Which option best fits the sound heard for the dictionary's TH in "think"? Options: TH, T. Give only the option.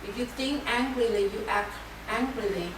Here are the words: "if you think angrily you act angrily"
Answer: T